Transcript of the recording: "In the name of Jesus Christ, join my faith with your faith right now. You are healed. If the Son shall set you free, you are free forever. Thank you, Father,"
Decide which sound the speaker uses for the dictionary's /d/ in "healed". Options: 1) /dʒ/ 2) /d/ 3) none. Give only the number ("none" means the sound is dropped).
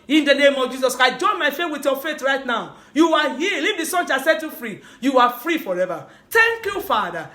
3